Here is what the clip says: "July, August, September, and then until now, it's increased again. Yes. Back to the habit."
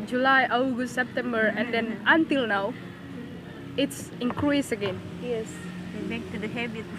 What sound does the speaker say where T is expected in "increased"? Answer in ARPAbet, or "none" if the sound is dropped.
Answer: none